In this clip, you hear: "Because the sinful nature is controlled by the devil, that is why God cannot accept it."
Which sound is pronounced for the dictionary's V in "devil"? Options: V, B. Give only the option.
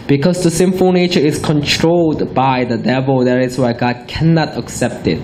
V